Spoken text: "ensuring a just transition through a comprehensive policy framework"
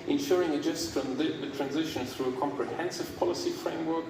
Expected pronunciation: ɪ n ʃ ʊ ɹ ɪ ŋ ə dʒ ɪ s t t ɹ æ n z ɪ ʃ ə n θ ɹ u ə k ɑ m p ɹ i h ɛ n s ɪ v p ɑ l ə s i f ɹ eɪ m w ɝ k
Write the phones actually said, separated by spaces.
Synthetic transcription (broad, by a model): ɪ n ʃ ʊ ɹ ɪ ŋ ə dʒ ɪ s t t ɹ æ n z ɪ ʃ ə n θ ɹ u ə k ɑ m p ɹ i h ɛ n s ɪ v p ɑ l ə s i f ɹ eɪ m w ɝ k